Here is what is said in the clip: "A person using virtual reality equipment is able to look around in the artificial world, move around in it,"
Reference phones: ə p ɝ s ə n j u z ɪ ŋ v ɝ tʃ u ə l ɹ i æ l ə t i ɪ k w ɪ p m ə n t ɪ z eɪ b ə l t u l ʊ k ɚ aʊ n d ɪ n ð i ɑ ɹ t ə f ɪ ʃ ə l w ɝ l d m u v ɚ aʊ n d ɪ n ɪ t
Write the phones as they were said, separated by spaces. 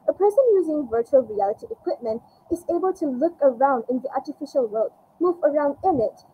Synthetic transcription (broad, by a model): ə p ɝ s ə n j u z ɪ ŋ v ɝ tʃ u ə l ɹ i æ l ə t i ɪ k w ɪ p m ə n t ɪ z eɪ b ə l t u l ʊ k ɚ aʊ n d ɪ n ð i ɑ ɹ t ə f ɪ ʃ ə l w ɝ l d m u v ɚ aʊ n d ɪ n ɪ t